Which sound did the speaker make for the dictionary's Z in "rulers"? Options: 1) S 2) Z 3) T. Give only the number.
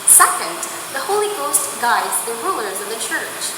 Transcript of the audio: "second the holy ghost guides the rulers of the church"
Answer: 2